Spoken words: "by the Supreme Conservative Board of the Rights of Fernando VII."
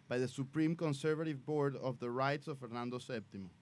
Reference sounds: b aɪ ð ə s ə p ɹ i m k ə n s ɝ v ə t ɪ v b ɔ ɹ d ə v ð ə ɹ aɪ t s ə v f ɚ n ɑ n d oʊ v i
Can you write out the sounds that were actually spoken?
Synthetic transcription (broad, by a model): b aɪ ð ə s ə p ɹ i m k ə n s ɝ v ə t ɪ v b ɔ ɹ d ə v ð ə ɹ aɪ t s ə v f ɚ n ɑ n d oʊ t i